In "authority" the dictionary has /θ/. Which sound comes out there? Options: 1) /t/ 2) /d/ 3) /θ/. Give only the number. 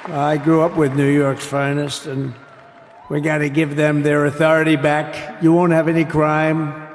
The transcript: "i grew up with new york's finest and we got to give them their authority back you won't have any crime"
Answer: 3